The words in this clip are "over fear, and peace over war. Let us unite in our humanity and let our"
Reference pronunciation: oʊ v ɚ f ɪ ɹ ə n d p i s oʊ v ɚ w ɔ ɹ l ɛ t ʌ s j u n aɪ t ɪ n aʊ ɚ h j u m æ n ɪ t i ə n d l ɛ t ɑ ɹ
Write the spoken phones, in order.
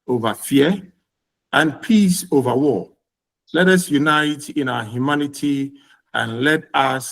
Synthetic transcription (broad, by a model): oʊ v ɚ f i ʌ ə n p i s oʊ v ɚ w ɔ l ɛ t ʌ s j u n aɪ t ɪ n aʊ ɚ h j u m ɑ n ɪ t i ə n l ɛ t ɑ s